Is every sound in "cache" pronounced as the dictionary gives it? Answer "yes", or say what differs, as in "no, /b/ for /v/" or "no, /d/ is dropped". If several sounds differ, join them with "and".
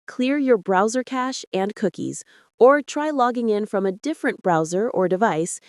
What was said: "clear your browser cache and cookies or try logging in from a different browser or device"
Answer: yes